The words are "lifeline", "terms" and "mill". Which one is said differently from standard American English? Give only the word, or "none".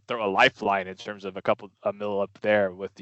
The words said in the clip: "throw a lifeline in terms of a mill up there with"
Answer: none